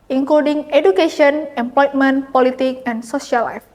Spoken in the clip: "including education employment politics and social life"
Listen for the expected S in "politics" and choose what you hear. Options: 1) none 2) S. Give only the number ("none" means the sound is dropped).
1